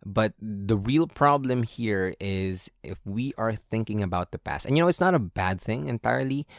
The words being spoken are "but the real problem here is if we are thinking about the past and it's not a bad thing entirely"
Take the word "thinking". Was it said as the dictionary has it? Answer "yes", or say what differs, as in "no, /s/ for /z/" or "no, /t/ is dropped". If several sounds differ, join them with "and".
yes